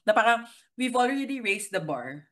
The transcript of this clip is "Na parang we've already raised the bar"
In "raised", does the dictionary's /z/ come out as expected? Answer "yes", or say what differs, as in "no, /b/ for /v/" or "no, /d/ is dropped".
no, /s/ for /z/